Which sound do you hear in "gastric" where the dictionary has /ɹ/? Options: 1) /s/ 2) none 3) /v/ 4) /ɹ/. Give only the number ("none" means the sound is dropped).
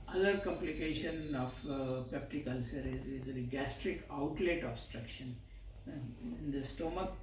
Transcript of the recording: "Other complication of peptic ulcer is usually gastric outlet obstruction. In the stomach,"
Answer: 4